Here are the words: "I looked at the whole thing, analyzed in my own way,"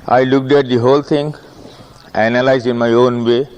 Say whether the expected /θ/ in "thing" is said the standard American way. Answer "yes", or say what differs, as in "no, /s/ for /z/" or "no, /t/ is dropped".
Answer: no, /t/ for /θ/